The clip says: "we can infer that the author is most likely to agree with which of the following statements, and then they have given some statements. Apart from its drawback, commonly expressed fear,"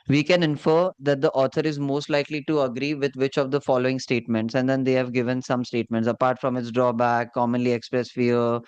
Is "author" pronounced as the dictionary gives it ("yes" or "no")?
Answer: no